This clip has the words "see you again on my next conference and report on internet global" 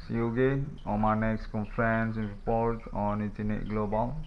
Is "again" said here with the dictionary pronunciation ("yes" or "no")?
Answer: no